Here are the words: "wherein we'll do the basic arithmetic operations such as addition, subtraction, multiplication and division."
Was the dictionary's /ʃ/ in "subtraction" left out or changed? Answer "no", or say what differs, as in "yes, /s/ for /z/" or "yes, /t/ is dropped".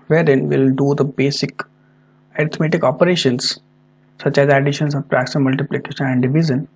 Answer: yes, /s/ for /ʃ/